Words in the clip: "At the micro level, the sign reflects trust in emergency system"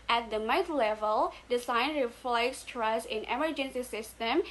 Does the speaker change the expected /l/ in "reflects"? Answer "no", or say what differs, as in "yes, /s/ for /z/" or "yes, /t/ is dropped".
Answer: no